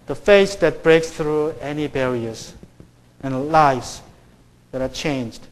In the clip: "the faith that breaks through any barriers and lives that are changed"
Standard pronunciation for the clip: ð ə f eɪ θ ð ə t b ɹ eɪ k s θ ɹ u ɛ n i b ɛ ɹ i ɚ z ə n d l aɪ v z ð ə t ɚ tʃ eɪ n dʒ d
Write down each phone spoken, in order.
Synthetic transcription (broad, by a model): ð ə f eɪ s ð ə t b ɹ eɪ k s θ ɹ u ɛ n i b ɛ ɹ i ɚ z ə n l aɪ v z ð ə t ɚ tʃ eɪ n dʒ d